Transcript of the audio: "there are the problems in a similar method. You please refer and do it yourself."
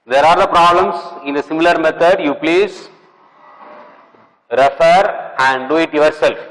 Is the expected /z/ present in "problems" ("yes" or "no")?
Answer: no